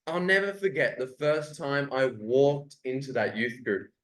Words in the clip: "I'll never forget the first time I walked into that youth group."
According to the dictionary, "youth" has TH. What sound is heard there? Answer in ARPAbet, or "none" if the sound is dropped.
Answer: TH